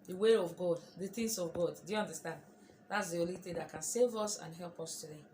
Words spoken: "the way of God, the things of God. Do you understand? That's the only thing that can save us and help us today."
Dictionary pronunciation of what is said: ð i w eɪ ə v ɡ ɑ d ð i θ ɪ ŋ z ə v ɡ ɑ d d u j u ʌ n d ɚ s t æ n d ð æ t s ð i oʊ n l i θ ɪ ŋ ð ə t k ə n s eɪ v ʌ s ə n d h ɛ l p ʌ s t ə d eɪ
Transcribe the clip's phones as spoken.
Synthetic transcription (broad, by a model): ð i w eɪ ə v ɡ ɑ d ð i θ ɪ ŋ s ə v ɡ ɑ d d u j u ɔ n d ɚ s t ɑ n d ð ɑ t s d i oʊ l i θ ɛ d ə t k ə n s eɪ v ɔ s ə n h ɛ l p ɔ s t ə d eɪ